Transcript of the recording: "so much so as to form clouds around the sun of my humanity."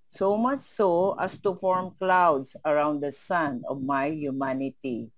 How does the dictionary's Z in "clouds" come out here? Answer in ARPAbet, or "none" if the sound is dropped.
S